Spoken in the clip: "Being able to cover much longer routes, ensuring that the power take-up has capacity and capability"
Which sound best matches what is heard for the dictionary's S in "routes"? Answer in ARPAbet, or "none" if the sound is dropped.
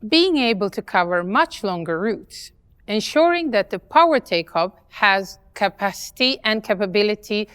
S